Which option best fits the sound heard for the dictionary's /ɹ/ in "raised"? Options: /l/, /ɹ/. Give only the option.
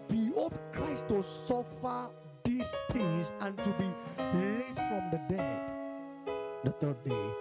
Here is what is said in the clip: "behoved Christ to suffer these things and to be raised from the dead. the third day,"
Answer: /l/